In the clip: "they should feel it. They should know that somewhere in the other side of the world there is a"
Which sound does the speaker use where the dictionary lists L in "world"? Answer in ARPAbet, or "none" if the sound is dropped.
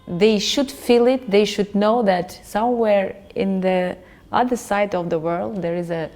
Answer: L